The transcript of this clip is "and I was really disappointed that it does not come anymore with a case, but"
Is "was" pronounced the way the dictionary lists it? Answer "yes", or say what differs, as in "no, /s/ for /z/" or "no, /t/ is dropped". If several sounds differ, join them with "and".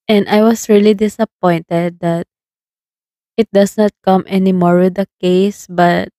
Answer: no, /s/ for /z/